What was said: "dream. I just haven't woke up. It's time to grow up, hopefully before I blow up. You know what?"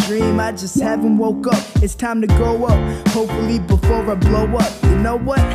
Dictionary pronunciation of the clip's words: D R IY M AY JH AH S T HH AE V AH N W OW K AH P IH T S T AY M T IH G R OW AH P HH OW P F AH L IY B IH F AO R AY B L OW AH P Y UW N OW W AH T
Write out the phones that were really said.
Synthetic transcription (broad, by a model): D R IY M AY JH AH S T HH AE V AH N W OW K AH P IH T S T AY M T IH G OW AH P HH OW P F L IY B IH F AO R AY B L OW AH P Y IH N OW W AH T